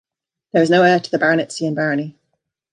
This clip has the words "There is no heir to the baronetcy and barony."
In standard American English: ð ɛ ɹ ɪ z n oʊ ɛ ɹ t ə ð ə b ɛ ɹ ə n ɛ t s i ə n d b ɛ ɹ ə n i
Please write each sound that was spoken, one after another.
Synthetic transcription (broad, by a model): ð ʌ w ɪ z n oʊ ɛ ɹ t ə ð ə b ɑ ɹ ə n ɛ t s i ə n b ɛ ɹ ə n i